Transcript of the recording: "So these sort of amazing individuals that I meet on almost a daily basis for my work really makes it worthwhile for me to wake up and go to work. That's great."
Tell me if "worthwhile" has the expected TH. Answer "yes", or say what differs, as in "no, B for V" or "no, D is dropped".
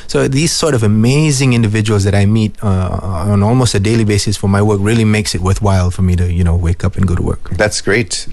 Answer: yes